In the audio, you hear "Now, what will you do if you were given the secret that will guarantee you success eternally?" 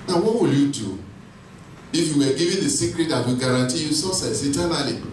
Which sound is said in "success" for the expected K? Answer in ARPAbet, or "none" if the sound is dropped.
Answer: none